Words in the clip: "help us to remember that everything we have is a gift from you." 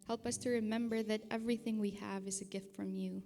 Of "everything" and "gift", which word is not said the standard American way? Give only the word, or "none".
none